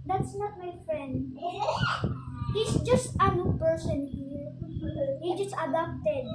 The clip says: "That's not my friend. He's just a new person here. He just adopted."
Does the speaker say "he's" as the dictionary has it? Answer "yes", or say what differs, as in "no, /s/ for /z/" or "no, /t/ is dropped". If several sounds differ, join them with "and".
no, /s/ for /z/